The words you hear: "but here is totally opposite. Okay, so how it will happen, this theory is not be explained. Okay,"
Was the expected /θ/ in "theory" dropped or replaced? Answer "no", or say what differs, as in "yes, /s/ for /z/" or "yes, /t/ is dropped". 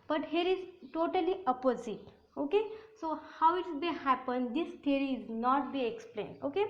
yes, /t/ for /θ/